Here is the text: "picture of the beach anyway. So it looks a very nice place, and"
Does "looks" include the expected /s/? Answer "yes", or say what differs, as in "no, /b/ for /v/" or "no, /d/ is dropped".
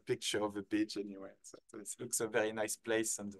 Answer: yes